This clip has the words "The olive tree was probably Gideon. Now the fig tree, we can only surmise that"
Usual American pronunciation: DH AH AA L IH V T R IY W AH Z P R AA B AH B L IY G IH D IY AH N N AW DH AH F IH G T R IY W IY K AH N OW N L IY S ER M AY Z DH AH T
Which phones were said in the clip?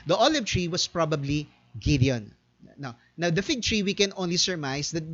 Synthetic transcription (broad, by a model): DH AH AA L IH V T R IY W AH S P R AA B AH B L IY G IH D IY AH N N AW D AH F IH G T R IY W IY K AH N OW N L IY S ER M AY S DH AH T